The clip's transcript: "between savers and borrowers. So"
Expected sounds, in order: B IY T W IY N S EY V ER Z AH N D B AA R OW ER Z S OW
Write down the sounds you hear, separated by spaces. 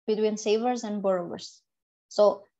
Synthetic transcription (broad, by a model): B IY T W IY N S EY V ER Z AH N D B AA R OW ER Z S OW